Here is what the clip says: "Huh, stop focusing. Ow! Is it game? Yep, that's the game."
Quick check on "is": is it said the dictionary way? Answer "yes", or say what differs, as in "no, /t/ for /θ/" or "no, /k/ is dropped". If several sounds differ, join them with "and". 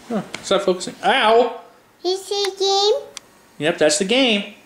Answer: no, /s/ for /z/